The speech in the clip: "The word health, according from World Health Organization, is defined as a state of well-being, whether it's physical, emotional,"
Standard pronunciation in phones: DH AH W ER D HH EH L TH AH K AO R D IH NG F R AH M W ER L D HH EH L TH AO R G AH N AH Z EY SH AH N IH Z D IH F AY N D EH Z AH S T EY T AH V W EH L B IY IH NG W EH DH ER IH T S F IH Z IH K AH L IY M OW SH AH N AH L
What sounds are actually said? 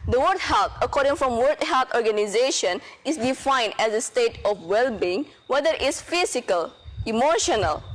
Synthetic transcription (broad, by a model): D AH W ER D HH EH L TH AH K AO R D IH NG F R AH M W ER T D HH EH L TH AO R G AH N AH Z EY SH AH N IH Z D IH F AY N D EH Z AH S T EY T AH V W EH L B IY IH NG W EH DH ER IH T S F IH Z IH K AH L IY M OW SH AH N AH L